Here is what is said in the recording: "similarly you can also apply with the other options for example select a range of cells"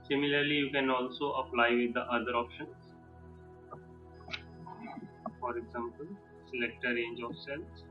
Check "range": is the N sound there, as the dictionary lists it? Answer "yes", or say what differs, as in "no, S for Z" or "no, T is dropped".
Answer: yes